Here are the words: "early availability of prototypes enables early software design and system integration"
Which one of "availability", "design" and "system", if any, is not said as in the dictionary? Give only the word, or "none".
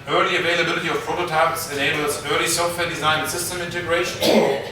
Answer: design